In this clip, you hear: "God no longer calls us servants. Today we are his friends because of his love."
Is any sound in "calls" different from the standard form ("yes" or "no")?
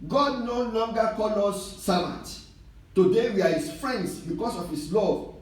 yes